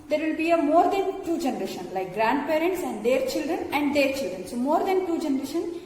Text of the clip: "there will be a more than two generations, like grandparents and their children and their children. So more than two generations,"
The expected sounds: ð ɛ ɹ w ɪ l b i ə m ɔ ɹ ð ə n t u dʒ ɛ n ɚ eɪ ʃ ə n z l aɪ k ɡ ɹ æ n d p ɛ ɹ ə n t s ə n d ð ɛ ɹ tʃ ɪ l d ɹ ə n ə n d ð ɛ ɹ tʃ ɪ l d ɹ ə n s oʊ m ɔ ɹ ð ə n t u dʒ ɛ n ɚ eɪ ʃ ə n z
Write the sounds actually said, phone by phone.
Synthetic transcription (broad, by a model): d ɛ ɹ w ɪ l b i ə m ɔ ɹ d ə n t u dʒ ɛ n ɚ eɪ ʃ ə n l aɪ k ɡ ɹ æ n d p ɛ ɹ ə n t s ə n d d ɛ ɹ tʃ ɪ l d ɹ ə n ə n d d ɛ ɹ tʃ ɪ l d ɹ ə n s oʊ m ɔ ɹ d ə n t u dʒ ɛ n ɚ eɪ ʃ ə n